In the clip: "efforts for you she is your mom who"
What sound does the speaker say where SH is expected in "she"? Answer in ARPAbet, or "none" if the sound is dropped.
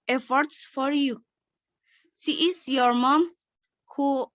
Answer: S